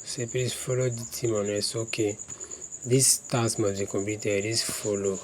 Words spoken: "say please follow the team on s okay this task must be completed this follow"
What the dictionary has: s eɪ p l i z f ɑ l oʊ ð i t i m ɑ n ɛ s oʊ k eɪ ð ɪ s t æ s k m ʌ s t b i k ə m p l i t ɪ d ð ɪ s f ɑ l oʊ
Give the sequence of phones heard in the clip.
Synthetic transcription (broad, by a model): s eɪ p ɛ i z f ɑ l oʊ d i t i m ɑ n ɛ s oʊ k eɪ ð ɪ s t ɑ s m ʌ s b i k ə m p i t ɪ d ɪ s f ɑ l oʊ